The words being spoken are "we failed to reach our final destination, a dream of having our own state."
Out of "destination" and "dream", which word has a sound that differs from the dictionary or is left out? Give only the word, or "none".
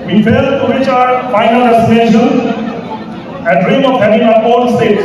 destination